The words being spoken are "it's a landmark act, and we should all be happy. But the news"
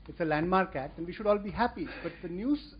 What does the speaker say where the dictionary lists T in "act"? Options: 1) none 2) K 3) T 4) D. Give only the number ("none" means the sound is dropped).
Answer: 3